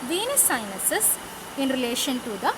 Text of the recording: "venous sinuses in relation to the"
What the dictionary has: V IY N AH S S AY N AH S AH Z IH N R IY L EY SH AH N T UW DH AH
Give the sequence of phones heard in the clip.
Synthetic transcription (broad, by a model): V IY N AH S S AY N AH S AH S IH N R IY L EY SH AH N T UW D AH